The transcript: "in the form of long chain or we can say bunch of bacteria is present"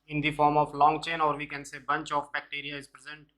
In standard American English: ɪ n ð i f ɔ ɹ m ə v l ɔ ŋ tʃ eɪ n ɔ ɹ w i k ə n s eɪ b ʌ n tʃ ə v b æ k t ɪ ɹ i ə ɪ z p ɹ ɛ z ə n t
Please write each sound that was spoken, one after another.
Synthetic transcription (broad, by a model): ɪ n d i f ɔ ɹ m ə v l ɔ ŋ tʃ eɪ n ɔ ɹ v i k ə n s eɪ b ʌ n tʃ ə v b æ k t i ɹ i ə ɪ z p ɹ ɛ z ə n t